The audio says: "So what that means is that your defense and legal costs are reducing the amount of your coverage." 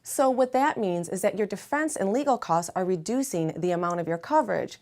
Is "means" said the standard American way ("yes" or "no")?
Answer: yes